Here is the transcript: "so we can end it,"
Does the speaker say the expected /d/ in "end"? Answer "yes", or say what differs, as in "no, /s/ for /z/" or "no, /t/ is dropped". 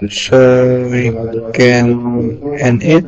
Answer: no, /d/ is dropped